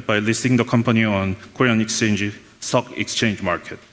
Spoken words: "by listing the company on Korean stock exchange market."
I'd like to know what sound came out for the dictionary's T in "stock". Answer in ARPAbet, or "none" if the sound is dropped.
S